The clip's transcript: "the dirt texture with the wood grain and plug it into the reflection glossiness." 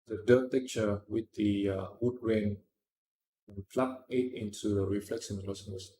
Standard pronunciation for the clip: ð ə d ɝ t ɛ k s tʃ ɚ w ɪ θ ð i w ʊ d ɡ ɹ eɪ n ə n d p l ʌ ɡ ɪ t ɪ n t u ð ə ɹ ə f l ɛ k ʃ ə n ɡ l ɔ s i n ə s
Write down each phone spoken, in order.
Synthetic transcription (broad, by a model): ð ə d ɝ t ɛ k tʃ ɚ w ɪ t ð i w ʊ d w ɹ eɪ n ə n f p l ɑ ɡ ɪ t ɪ n t u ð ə ɹ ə f l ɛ k s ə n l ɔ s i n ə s